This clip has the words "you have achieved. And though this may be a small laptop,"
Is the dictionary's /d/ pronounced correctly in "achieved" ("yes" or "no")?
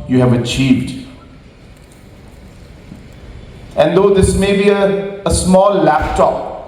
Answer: yes